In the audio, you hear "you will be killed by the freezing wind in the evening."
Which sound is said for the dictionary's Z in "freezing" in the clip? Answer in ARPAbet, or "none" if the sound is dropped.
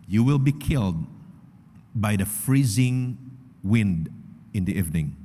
Z